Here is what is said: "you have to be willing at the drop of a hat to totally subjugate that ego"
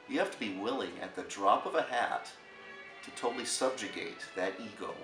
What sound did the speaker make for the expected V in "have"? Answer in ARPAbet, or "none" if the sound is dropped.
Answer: F